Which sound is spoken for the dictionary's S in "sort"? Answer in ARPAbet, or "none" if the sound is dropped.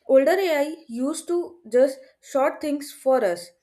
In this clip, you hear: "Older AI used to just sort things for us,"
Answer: SH